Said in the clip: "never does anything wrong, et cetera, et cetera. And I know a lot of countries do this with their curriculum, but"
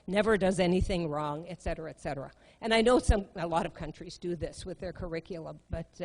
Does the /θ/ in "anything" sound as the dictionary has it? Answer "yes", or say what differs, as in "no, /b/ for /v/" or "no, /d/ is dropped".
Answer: yes